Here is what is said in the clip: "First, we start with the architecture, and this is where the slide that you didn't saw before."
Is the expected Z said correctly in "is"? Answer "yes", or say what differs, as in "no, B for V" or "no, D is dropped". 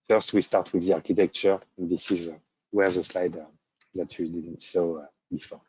yes